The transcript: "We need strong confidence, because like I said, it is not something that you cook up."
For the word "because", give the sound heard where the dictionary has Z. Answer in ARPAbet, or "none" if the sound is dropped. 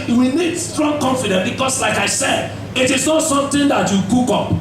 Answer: S